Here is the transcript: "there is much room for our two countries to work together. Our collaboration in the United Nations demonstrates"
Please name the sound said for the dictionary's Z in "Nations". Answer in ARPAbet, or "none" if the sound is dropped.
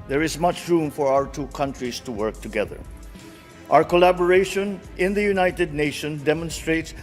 none